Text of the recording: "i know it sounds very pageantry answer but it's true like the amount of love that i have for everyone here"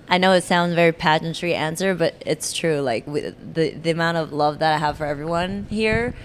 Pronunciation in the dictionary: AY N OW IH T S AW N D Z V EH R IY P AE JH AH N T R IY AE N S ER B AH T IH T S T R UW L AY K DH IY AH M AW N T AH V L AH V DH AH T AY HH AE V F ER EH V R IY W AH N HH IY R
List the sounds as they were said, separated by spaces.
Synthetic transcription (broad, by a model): AY N OW IH T S AW N D Z V EH R IY P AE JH N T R IY AE N S ER B AH T IH T S T R UW L AY K DH IY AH M AW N T AH V L AH V DH AH T AY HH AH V F ER EH V R IY W AH N HH IY R